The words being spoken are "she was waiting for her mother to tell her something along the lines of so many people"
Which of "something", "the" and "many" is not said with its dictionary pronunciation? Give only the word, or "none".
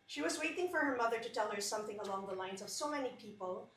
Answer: none